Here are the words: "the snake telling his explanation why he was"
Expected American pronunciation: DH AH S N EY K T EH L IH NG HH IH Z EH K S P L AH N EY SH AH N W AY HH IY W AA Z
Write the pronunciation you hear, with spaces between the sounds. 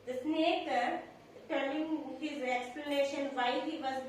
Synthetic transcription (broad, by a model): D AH S N EY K T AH N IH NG HH IH Z EH K S P L AH N EY SH AH N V AY HH IY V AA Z